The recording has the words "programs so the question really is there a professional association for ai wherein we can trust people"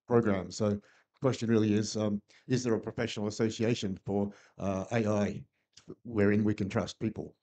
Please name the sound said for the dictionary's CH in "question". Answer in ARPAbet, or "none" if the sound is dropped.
CH